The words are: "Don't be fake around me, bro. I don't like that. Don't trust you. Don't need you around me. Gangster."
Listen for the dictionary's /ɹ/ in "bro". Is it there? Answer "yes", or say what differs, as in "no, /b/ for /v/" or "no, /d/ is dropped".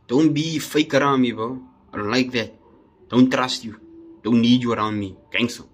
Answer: no, /ɹ/ is dropped